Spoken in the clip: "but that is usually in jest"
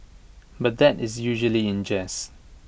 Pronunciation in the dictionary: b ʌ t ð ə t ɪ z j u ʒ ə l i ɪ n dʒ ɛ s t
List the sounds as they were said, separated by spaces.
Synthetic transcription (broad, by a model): b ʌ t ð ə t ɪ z j u ʒ ə l i ɪ n dʒ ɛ s